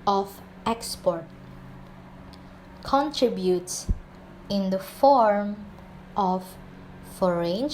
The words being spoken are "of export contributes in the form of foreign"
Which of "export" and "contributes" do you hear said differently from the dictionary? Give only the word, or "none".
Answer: none